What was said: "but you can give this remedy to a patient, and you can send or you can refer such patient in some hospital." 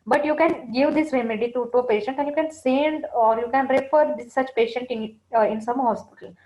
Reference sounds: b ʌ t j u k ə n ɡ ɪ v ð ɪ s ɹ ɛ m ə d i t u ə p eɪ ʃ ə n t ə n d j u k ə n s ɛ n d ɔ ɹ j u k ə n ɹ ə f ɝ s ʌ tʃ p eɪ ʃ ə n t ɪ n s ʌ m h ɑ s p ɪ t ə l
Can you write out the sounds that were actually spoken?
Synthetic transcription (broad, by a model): b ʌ t j u k ə n ɡ ɪ v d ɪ s ɹ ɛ m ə d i t u ə p eɪ ʃ ə n t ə n j u k ə n s ɛ n d ɔ ɹ j u k ə n ɹ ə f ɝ s ʌ tʃ p eɪ ʃ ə n t ɪ n s ʌ m h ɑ s p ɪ t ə l